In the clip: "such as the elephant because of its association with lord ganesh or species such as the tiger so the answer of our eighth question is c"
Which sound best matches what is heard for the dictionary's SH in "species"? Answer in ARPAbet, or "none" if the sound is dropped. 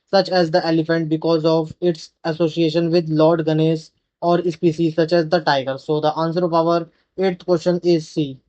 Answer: S